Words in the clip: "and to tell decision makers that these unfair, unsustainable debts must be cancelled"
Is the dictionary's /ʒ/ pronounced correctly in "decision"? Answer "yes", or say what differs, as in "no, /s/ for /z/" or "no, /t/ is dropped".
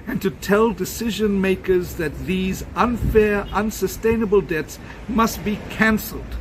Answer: yes